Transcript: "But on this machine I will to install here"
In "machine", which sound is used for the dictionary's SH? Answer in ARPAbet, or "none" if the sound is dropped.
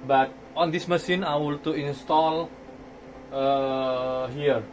S